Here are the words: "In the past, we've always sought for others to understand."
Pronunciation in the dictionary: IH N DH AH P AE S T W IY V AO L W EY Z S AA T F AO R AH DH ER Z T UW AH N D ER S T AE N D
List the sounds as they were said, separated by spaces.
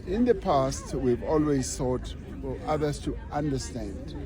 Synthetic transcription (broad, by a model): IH N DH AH P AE S T W IY V AO L W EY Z TH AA T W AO L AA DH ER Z T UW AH N D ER S T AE N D